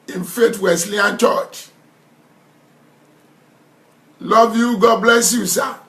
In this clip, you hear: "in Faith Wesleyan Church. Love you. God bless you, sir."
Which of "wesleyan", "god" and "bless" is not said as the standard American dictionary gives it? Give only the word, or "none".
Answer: wesleyan